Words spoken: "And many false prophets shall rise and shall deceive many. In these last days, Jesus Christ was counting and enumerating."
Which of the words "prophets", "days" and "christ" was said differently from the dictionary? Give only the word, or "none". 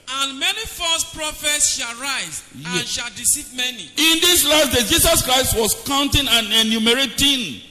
days